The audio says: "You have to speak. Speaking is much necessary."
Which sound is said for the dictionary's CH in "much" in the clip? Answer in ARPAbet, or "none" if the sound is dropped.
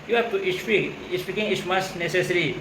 S